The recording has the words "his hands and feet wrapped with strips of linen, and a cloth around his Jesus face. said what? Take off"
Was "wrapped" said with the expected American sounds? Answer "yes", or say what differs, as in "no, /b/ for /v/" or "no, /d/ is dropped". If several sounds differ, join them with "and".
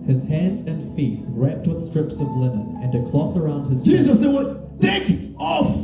yes